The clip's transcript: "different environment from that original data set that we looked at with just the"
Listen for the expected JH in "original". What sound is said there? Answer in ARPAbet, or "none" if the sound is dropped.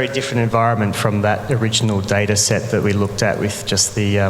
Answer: JH